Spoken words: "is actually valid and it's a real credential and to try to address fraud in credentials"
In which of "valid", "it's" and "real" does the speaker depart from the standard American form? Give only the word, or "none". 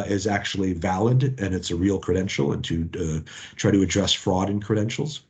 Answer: none